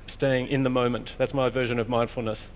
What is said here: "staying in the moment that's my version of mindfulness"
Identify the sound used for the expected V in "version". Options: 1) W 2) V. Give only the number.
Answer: 2